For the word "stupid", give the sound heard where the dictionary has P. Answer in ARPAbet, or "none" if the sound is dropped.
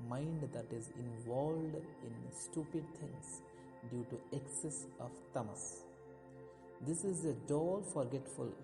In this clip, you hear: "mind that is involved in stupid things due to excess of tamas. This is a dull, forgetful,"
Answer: P